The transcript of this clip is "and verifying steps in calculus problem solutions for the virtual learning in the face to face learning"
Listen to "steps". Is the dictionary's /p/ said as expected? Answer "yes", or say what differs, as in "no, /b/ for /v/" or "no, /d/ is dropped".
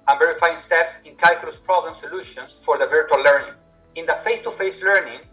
no, /f/ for /p/